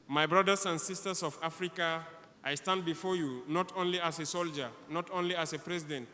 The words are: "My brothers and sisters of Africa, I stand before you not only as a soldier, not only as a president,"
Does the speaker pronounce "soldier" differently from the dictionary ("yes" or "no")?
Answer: no